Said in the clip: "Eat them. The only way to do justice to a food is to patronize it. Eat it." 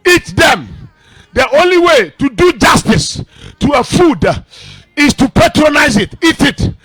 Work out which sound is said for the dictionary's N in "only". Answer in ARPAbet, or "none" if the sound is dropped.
N